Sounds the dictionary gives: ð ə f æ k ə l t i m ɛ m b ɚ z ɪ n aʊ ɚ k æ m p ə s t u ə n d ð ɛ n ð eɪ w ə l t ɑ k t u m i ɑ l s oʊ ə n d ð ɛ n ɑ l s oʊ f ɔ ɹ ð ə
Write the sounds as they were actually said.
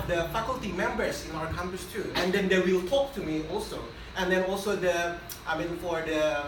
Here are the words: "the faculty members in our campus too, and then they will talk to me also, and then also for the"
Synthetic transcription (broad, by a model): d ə f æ k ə l t i m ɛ m b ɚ s ɪ n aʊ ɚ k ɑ m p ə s t u ə n d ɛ n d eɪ w ə l t ɑ k t u m i ɑ l s oʊ ə n d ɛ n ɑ l s oʊ f ɔ ɹ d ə